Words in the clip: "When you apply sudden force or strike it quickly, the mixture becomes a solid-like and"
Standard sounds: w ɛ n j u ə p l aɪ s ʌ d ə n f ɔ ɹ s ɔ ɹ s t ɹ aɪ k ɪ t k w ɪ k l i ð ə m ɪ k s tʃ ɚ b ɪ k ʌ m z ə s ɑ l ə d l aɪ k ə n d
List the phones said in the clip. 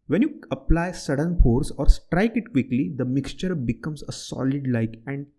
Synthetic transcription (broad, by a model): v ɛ n j u ə p l aɪ s ʌ d ə n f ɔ ɹ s ɔ ɹ s t ɹ aɪ k ɪ t k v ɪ k l i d ə m ɪ k s tʃ ɚ b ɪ k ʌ m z ə s ɑ l ə d l aɪ k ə n d